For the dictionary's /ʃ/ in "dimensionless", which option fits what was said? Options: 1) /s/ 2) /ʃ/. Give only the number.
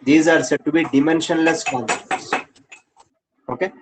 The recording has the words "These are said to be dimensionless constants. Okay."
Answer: 2